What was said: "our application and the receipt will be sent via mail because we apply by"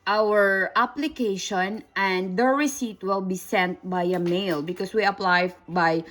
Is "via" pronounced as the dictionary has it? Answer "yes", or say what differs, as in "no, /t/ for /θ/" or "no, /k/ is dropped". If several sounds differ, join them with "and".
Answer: no, /b/ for /v/